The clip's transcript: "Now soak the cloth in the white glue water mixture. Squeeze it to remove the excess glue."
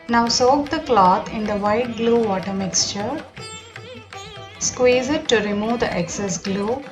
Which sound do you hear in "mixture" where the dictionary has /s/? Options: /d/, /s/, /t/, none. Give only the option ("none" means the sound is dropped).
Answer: /s/